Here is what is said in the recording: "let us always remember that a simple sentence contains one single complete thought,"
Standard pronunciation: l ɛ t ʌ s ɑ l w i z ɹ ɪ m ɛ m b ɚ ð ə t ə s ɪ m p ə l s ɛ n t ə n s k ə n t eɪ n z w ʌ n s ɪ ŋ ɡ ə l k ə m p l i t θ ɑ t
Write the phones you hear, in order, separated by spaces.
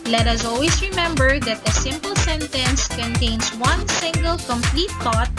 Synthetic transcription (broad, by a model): l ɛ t ʌ s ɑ l w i s ɹ ɪ m ɛ m b ɚ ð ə t ə s ɪ m p ə l s ɛ n t ə n s k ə n t eɪ n s w ʌ n s ɪ ŋ ɡ ə l k ə m p l i t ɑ t